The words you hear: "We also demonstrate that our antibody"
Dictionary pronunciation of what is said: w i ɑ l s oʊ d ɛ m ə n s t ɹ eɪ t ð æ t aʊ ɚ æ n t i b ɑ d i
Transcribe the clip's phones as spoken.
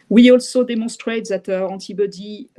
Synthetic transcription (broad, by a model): w i ɑ l s oʊ d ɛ m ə s t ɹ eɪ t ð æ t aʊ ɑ t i b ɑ d i